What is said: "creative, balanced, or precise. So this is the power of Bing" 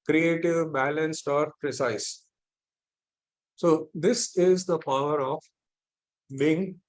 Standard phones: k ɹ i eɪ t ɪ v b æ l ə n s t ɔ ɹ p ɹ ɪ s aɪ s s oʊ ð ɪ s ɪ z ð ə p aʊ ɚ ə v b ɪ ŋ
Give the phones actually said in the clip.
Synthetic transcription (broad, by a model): k ɹ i eɪ t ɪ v b æ l ə n s t ɔ ɹ p ɹ ɪ s aɪ s s oʊ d ɪ s ɪ z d ə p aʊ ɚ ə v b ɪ ŋ